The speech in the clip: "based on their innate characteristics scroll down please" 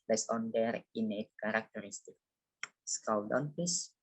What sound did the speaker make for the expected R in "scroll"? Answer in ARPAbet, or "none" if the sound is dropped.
none